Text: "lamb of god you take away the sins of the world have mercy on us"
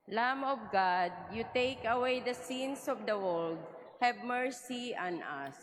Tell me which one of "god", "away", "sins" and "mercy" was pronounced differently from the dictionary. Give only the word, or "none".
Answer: sins